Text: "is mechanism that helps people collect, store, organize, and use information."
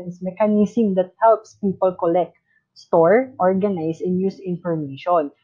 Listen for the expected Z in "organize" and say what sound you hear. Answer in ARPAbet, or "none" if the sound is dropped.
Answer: S